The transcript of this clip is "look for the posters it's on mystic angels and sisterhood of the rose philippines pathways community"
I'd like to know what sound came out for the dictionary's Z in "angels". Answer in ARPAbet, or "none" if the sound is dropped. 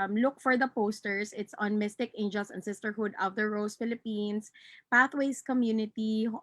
S